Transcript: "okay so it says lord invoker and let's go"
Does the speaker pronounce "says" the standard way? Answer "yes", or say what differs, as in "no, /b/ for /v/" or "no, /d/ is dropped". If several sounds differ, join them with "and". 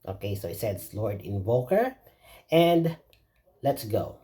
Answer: no, /s/ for /z/